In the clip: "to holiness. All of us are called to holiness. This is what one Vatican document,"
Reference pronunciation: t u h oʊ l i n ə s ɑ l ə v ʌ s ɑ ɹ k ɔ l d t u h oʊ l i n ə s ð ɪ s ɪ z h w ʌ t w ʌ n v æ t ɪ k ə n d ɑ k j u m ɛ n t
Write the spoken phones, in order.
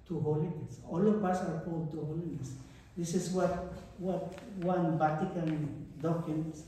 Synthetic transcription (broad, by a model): t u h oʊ l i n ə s ɑ l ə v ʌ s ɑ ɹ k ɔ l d t u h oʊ l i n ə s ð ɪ s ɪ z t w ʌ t w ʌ n b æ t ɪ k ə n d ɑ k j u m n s